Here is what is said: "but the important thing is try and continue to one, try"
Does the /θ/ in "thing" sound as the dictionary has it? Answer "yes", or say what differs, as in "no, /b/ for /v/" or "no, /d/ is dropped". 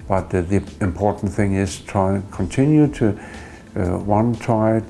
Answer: yes